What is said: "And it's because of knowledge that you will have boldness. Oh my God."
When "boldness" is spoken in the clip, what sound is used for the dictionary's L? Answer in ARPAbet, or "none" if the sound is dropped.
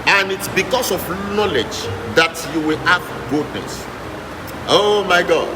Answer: none